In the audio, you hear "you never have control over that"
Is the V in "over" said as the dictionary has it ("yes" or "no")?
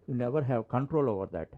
yes